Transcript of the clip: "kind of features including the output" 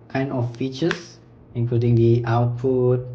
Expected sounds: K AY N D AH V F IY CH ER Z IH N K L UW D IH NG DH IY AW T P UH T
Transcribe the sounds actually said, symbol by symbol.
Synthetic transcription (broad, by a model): K AY N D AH F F IY CH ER S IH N K L UW D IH NG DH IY AW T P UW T